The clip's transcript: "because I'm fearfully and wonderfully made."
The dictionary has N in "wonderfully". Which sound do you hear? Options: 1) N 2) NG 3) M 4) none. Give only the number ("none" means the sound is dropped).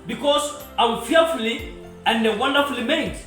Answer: 1